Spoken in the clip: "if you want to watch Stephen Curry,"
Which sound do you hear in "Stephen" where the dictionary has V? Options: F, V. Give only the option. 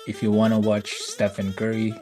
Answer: F